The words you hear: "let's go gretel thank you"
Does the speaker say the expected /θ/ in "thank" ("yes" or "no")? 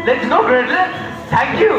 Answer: no